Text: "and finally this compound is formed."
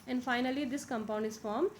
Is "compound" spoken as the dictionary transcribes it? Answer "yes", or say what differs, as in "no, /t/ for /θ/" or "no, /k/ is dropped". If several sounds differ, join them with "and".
yes